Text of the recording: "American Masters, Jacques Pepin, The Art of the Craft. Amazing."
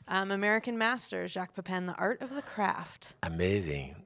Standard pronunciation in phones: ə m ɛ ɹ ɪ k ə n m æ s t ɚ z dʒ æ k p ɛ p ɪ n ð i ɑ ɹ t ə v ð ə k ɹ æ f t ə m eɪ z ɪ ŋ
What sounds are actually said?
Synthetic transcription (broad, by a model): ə m ɛ ɹ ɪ k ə n m æ s t ɚ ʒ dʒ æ k p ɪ p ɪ n ð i ɑ ɹ t ə v ð ə k ɹ æ f t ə m eɪ z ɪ ŋ